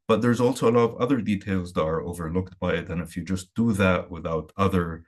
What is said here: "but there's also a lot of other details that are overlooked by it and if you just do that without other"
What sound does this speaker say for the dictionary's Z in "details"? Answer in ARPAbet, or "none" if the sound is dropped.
Z